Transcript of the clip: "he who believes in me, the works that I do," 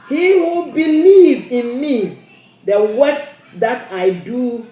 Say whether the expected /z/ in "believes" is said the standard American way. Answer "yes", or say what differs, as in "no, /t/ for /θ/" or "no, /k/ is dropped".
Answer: no, /z/ is dropped